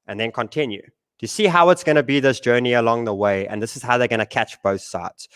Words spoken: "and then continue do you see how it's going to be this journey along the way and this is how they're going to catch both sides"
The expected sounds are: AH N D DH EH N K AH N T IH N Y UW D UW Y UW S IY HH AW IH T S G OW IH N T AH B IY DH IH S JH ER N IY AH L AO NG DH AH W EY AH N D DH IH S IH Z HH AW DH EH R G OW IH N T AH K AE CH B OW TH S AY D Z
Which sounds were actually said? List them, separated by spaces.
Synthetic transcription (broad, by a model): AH N DH EH N K AH N T IH N Y UW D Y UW S IY HH AW IH T S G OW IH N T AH B IY DH IH S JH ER N IY AH L AO NG DH AH W EY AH N DH IH S IH Z HH AW DH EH G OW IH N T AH K AE CH B OW TH S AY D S